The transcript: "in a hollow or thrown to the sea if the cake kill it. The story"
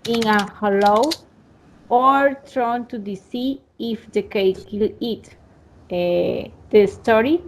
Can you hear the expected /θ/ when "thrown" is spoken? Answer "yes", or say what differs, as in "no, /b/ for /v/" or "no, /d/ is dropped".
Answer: no, /t/ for /θ/